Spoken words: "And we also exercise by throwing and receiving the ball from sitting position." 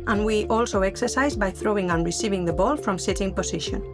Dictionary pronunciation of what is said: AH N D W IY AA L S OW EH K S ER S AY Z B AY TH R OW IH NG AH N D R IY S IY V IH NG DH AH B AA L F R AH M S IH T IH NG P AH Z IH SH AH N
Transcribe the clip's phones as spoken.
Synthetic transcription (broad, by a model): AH N W IY AA L S OW EH K S ER S AY Z B AY TH R OW IH NG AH N R IY S IY V IH NG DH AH B AA L F R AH M S IH T IH NG P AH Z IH SH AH N